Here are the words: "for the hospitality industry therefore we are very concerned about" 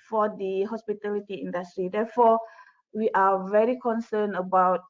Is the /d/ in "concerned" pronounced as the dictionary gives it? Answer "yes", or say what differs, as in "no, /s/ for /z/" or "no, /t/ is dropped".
no, /d/ is dropped